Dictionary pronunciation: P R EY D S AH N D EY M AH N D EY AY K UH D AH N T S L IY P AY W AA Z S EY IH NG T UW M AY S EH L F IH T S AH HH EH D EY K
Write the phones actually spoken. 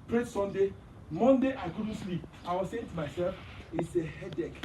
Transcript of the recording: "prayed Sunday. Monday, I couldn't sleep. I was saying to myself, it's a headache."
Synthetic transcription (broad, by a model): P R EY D S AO N D EY M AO N D EY AY K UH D N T S L IY P AY W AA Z S EY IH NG T UW M AY S EH L F IH T S AH HH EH D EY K